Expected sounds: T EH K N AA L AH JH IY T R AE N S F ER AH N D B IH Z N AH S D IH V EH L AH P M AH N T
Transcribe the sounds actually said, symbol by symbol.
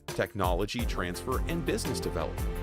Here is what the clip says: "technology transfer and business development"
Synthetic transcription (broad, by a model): T EH K N AA L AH JH IY T R AE N S F ER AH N B IH Z N AH S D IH V EH L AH P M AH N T